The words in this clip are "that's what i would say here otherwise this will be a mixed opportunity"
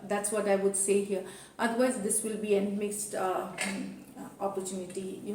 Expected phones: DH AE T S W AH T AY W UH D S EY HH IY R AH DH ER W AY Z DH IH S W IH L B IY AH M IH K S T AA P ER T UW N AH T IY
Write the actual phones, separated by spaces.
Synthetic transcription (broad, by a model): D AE T S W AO T AY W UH D S EY HH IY R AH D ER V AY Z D IH S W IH L B IY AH M IH K S T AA P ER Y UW N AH T IY